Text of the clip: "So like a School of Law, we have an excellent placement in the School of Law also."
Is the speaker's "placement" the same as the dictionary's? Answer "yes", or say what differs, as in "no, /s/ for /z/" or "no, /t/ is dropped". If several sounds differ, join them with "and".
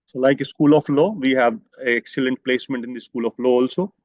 yes